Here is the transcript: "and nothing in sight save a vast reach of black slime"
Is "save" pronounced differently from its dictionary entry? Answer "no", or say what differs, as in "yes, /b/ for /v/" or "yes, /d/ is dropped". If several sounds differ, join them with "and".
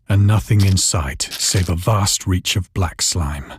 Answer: no